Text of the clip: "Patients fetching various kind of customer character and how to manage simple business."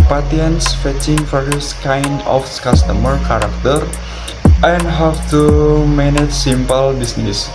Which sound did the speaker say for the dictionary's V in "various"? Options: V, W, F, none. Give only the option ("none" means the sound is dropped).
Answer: F